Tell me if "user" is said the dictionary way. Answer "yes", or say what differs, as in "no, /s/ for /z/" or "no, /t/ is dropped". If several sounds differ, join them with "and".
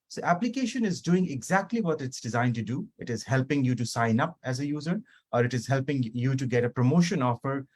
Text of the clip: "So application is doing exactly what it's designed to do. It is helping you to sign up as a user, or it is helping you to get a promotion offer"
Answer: yes